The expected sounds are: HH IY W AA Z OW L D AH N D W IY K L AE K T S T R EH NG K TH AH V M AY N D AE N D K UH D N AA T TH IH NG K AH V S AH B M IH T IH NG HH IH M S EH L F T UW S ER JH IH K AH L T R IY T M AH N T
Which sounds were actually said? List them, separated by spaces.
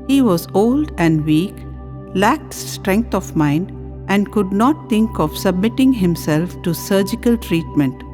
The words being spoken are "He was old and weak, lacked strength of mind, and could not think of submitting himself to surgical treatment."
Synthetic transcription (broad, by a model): HH IY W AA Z OW L D AH N D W IY K L AE K T S T R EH NG K T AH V M AY N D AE N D K UH D N AA T T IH NG K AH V S AH B M IH T IH NG HH IH M S EH L F T UW S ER JH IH K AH L T R IY T M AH N T